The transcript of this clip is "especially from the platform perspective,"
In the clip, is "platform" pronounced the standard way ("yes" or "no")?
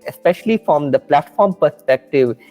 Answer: yes